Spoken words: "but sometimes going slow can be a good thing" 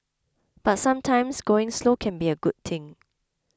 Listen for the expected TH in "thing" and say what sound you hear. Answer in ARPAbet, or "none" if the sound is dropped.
T